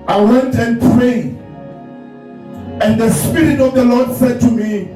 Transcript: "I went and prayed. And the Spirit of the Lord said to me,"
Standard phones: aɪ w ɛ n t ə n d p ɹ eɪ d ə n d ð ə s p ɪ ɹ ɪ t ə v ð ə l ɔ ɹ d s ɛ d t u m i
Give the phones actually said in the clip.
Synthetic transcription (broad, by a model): aɪ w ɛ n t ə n p ɹ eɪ ə n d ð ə s p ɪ ɹ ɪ t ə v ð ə l ɔ d s ɛ d t u m i